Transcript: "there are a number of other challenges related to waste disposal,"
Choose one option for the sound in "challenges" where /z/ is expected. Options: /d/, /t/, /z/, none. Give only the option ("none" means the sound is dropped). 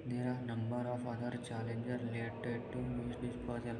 none